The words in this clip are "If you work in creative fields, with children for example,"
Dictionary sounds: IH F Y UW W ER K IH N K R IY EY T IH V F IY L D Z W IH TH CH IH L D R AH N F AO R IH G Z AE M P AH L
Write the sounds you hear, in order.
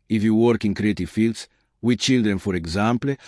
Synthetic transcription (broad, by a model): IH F Y UW W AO K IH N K R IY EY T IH F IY L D S W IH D CH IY L D R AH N F AO R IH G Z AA M P L